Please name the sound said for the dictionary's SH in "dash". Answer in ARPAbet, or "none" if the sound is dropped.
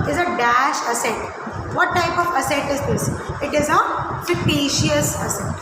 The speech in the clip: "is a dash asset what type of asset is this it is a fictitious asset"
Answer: SH